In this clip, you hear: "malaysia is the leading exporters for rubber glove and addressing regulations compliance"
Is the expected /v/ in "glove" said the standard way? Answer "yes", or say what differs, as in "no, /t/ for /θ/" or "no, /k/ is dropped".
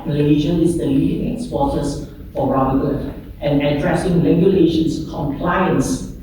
no, /v/ is dropped